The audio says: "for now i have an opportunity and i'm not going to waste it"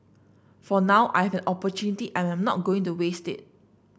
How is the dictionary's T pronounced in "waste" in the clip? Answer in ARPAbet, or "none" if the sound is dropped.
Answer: T